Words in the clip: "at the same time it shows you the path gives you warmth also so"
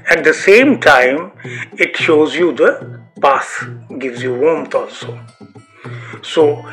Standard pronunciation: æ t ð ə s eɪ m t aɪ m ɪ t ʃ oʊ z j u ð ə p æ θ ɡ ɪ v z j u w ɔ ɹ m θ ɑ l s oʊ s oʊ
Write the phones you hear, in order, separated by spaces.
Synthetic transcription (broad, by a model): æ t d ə s eɪ m t aɪ m ɪ t ʃ oʊ z j u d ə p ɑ s ɡ ɪ v z j u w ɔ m t ɑ l s oʊ s oʊ